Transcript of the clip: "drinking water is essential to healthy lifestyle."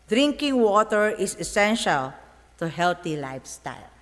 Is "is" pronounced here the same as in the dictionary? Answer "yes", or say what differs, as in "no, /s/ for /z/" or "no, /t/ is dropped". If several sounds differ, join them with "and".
no, /s/ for /z/